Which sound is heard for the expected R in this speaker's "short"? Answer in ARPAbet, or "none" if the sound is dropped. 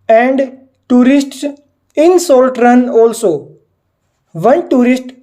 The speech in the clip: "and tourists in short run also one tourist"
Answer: L